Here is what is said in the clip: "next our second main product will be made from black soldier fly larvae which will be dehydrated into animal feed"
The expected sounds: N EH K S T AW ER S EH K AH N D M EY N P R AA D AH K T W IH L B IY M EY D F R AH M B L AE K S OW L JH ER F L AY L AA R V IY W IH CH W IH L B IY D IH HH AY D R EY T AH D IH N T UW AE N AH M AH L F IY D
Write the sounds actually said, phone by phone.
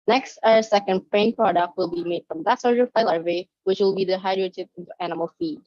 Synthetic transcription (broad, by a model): N EH K S T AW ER S EH K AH N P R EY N P R AA D AH K T W IH L B IY M EY D F R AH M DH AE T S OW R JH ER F AY L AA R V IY W IH CH W IH L B IY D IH HH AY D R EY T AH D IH N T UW AE N AH M AH L F IY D